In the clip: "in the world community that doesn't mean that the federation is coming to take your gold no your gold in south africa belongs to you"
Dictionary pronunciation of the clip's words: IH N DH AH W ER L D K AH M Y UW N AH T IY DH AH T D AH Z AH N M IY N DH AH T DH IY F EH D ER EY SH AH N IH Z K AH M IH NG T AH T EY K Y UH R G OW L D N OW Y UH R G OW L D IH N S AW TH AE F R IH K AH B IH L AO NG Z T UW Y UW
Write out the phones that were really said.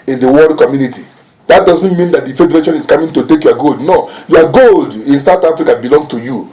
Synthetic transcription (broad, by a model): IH N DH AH W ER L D K AH M Y UW N AH T IY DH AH T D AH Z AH N M IY N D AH T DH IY F EH D ER EY SH AH N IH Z K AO M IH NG T AH T EY K Y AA G OW L D N OW Y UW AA G OW L D IH N S AW T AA F R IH K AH B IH L AO NG T UW Y UW